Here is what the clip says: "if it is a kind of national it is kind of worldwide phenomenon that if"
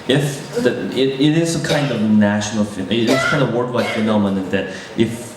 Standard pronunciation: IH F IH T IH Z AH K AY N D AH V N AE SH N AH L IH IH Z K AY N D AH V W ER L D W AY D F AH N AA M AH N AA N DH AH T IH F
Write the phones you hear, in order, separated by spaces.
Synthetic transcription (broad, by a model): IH F IH T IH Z AH K AY N D AH V N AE SH N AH N IH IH S K AY N D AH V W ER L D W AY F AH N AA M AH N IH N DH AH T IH F